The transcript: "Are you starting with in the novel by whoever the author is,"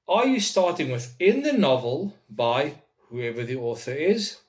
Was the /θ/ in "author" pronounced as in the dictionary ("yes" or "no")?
yes